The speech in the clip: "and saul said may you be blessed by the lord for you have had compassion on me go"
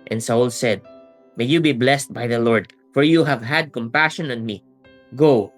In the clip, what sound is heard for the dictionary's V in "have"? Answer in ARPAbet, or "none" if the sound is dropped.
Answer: V